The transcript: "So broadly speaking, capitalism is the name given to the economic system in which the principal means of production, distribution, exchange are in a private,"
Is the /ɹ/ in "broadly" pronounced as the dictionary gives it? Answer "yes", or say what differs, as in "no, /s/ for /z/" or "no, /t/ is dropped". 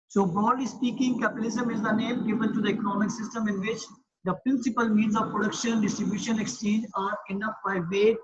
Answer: no, /ɹ/ is dropped